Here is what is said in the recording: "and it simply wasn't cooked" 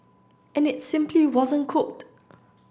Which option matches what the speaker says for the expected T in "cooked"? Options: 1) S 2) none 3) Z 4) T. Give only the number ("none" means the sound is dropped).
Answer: 4